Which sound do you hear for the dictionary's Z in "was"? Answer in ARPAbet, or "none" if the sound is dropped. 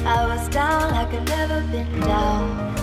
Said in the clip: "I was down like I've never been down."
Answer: Z